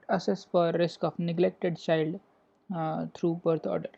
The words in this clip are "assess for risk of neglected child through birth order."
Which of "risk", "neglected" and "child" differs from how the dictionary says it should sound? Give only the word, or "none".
none